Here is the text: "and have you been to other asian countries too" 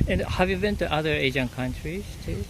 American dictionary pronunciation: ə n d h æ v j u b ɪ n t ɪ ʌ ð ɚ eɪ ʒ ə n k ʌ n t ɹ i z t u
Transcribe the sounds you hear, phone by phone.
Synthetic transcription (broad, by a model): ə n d h æ v j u b ɪ n t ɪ ʌ ð ɚ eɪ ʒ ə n k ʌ n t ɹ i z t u